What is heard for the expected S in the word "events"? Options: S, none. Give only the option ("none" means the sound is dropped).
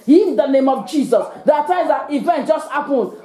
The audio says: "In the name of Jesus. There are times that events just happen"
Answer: none